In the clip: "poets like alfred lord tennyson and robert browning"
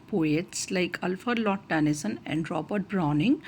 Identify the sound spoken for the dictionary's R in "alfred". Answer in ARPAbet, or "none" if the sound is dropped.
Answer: none